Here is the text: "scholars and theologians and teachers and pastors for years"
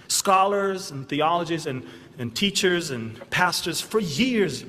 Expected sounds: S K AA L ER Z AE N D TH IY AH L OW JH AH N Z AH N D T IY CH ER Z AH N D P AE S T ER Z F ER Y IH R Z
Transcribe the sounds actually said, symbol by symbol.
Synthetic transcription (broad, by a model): S K AA L ER Z N TH IY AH L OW JH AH Z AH N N T IY CH ER Z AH N P AE S T ER Z F ER Y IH R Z